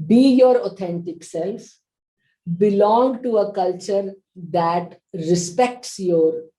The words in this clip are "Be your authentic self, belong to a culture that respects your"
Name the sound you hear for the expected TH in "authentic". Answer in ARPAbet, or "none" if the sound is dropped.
T